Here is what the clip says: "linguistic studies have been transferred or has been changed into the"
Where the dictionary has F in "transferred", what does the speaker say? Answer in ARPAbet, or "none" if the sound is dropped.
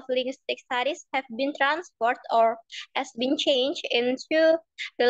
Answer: P